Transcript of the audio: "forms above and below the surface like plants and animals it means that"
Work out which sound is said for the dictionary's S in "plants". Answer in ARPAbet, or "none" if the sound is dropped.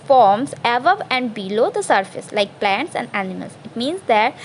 S